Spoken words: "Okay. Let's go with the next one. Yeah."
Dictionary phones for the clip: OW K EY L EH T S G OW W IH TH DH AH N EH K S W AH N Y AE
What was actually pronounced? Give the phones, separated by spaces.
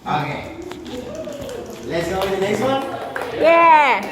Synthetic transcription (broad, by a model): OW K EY L EH T S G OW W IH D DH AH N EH S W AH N Y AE